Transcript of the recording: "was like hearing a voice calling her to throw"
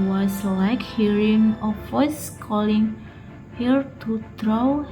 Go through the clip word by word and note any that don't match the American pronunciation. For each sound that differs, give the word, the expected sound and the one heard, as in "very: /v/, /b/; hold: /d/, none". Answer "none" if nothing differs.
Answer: voice: /v/, /f/